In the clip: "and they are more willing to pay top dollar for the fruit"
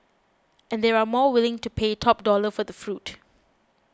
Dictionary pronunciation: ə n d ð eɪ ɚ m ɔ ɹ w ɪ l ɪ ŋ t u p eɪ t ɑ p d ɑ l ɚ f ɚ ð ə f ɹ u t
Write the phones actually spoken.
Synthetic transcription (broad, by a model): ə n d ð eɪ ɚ m ɔ w ɪ l ɪ ŋ t u p eɪ t ɑ p d ɑ l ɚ f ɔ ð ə f ɹ u t